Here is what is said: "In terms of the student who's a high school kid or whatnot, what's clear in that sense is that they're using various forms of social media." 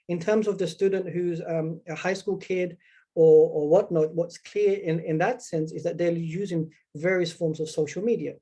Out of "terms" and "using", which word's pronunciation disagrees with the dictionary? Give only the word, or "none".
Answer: none